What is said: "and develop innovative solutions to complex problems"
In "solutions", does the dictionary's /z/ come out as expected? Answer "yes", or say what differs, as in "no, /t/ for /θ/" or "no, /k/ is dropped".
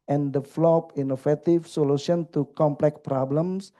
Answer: no, /z/ is dropped